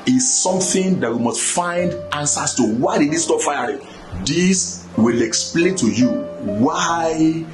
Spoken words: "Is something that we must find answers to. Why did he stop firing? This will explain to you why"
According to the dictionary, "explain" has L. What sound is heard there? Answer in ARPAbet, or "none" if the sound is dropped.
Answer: L